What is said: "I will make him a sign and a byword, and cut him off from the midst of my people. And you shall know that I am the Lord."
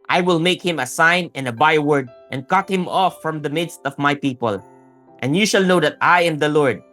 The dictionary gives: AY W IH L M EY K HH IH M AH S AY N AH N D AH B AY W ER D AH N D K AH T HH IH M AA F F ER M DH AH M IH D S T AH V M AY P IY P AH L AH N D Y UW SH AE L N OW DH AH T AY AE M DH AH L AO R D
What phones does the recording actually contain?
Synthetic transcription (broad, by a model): AY W IH L M EY K HH IH M AH S AY N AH N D AH B AY W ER D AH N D K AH T HH IH M AA F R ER M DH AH M IH D S T AH V M AY P IY P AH L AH N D Y UW SH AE L N OW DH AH T AY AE M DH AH L AO R D